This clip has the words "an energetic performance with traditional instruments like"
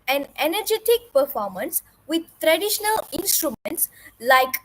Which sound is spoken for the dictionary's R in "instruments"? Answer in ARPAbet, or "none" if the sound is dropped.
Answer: R